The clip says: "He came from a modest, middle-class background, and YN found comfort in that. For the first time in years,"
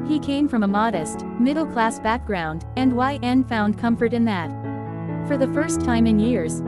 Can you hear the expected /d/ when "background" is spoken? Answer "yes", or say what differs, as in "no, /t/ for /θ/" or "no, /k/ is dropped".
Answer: yes